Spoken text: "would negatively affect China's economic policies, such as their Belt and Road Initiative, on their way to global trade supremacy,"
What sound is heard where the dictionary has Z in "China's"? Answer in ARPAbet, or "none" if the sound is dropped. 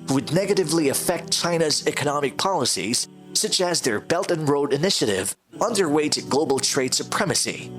Z